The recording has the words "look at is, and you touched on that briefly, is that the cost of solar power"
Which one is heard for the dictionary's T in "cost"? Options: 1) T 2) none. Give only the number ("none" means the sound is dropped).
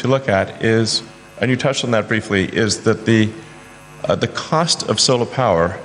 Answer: 1